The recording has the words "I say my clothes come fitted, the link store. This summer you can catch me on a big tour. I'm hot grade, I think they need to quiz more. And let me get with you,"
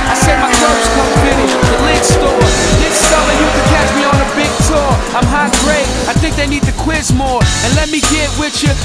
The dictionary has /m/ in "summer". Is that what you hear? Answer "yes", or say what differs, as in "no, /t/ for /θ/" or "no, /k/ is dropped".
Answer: no, /m/ is dropped